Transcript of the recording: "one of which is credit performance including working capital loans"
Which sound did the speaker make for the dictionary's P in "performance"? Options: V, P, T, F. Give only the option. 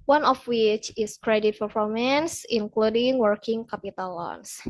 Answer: F